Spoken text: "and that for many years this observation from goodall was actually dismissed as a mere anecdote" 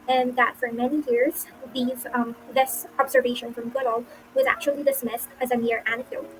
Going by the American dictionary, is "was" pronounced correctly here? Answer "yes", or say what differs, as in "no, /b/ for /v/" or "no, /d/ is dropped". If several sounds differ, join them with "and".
yes